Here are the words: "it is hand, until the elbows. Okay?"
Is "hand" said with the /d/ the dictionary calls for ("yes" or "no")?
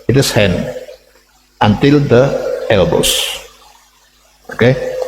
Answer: no